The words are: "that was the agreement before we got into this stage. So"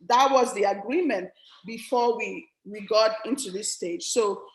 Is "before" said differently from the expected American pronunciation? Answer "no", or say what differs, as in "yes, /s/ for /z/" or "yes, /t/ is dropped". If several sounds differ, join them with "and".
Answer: yes, /w/ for /ɹ/